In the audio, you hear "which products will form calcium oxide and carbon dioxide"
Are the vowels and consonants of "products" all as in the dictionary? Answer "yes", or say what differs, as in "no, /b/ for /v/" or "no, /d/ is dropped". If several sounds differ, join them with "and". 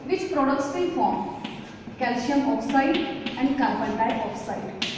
yes